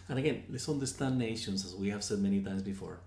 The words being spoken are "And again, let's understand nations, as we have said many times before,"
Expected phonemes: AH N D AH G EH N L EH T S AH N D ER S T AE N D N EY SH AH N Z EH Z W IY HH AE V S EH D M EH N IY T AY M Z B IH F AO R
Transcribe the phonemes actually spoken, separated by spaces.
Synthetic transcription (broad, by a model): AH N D AH G EH N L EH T S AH N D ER S T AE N N EY SH AH N Z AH Z W IY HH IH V S EH D M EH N IY T AY M Z B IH F AO R